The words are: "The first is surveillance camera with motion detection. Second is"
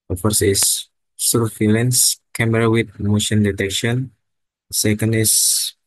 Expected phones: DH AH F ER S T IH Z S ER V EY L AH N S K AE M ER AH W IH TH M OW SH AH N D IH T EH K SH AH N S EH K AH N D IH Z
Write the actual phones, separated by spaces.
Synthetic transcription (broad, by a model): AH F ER S IH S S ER F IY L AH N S K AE M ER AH W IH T M OW SH AH N D IH T EH K SH AH N S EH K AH N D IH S